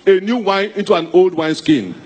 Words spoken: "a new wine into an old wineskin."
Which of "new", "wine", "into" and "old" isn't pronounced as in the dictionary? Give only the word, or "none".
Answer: none